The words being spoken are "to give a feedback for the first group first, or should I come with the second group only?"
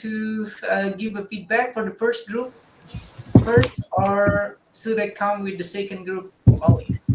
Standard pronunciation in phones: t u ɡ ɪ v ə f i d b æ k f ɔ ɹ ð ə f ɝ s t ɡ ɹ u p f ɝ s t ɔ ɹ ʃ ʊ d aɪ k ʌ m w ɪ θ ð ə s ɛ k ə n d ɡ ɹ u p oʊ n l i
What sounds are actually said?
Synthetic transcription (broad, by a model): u ɡ ɪ v ə f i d b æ k f ɔ ɹ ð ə f ɝ s t ɡ ɹ u p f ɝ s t ɔ ɹ s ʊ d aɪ k ʌ m w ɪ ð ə s ɛ k ə n d ɡ ɹ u p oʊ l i